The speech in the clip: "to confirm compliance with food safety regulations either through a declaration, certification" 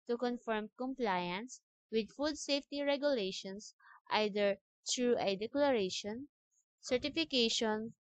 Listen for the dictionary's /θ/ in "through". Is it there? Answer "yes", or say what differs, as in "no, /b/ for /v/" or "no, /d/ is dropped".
no, /t/ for /θ/